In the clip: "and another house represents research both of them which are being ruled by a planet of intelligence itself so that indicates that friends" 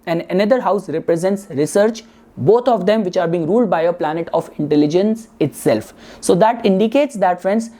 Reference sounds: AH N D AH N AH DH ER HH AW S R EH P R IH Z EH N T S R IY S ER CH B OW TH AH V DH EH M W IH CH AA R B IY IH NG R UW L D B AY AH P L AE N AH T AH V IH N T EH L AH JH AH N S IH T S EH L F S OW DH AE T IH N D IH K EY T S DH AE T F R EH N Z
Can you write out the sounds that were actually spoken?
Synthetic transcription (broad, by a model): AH N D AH N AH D ER HH AW S R EH P R IH Z EH N T S R IY S ER CH B OW T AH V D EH M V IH CH AA R B IY IH NG R UW L D B AY AH P L AE N AH T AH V IH N T EH L AH JH AH N S IH T S EH L F S OW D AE T IH N D IH K EY T S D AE T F R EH N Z